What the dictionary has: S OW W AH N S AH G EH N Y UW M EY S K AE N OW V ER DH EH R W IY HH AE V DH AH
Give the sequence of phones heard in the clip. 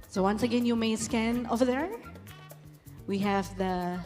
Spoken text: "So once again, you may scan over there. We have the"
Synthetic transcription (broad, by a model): S OW W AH N S AH G EH N Y UW M EY S K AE N OW V ER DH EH R W IY HH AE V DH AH